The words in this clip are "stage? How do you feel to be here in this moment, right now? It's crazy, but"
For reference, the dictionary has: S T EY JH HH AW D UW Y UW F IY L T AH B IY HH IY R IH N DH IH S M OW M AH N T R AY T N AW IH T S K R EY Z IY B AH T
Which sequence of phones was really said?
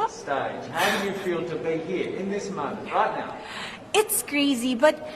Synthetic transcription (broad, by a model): S T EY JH HH AW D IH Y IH F IY L T AH B IY HH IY R IH N DH IH S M M AH N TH R AY T N AW IH T S K R EY Z IY B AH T